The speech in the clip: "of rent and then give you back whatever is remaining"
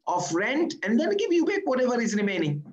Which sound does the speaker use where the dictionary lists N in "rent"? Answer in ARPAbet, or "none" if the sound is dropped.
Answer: N